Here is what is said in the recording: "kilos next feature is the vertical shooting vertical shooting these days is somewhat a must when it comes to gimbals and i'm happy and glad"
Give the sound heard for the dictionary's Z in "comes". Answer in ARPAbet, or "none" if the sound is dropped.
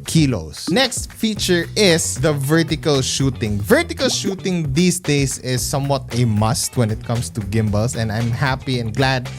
S